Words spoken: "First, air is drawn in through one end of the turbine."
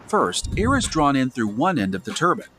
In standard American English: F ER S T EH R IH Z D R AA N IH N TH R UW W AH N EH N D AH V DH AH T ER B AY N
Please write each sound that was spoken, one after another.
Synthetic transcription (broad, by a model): F ER S T EH R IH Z D R AA N IH N TH R UW W AH N EH N D AH V DH AH T ER B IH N